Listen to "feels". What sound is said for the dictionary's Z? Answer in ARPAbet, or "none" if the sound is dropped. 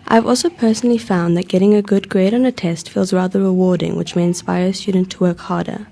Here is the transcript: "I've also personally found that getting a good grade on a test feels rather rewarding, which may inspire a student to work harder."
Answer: Z